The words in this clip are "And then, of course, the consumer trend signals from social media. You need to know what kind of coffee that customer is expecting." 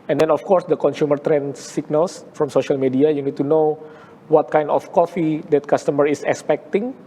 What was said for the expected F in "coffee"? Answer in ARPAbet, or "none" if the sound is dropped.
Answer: F